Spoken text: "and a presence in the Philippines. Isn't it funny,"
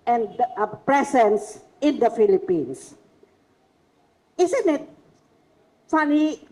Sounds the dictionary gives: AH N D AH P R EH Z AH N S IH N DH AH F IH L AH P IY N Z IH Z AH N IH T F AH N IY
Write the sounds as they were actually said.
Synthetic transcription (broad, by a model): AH N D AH P R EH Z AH N S IH N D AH F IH L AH P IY N S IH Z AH N IH T F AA N IY